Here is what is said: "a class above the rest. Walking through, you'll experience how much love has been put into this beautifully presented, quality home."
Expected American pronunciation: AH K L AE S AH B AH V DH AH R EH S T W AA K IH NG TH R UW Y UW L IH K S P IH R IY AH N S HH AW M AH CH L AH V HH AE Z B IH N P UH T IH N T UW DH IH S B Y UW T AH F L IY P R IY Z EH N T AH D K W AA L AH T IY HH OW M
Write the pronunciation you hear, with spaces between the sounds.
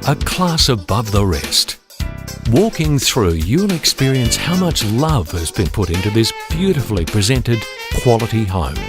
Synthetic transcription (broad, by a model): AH K L AE S AH B AH V DH AH R EH S T W AA K IH NG TH R UW Y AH N IH K S P IH R IY AH N S HH AW M AH CH L AH V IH Z B IH N P UH T IH N T UW DH IH S B Y UW T AH F L IY P R IY Z EH N T AH D K W AA L AH T IY HH OW M